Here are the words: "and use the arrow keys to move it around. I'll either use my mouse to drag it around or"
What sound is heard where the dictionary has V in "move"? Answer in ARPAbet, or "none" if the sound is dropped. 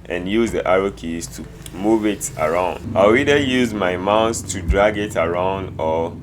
V